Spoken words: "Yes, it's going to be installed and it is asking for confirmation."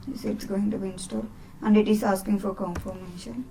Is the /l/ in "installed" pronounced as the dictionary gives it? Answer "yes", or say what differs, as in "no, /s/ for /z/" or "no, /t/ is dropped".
no, /l/ is dropped